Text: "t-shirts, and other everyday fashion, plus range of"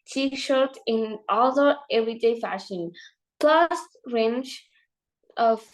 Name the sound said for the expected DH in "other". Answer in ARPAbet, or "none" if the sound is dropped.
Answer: none